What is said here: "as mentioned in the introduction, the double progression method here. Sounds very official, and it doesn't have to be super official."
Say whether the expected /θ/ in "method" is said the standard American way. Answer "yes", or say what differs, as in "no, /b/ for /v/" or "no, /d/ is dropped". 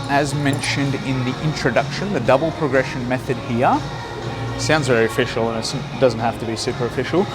yes